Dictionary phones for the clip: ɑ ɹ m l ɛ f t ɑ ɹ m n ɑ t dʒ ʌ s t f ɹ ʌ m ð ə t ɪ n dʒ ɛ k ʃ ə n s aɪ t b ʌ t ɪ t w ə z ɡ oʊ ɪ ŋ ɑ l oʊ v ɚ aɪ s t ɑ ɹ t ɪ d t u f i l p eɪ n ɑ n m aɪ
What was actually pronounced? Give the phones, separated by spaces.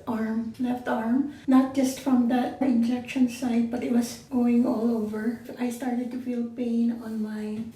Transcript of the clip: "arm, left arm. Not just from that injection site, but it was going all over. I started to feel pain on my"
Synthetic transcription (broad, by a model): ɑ ɹ m l ɛ f t ɑ ɹ m n ɑ t dʒ ʌ s t f ɹ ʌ m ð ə t ɪ n dʒ ɛ k ʃ ə n s aɪ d b ʌ t ɪ t w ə s ɡ oʊ ɪ ŋ ɑ l oʊ v ɚ aɪ s t ɑ ɹ t ɪ d t u f i l p eɪ n ɑ n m aɪ